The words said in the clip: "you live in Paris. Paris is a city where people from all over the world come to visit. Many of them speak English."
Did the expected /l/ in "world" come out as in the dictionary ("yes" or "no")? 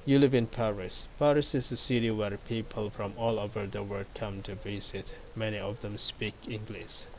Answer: no